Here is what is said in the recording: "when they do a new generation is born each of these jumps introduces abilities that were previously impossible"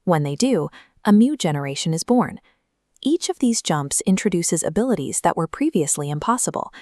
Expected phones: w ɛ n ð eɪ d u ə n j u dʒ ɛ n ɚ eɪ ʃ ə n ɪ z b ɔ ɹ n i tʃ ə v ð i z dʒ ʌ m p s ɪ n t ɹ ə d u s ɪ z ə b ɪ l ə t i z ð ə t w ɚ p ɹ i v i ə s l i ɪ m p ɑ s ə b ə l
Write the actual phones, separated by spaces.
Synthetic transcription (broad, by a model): w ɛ n ð eɪ d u ə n j u dʒ ɛ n ɚ eɪ ʃ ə n ɪ z b ɔ ɹ n i tʃ ə v ð i z dʒ ʌ m p s ɪ n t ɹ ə d u s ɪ z ə b ɪ l ə t i z ð ə t w ɚ p ɹ i v i ə s l i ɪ m p ɑ s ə b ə l